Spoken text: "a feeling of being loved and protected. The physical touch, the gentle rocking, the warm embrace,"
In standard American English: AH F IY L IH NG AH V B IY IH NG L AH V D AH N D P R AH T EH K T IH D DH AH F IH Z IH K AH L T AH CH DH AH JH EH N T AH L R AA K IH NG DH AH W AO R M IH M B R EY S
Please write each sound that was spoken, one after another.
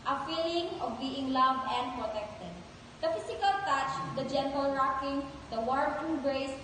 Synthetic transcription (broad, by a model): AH F IY L IH NG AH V B IY IH NG L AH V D AH N D P R AH T EH K T IH D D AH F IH S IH K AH L T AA CH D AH JH EH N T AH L R AA K IH NG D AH W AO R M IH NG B R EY S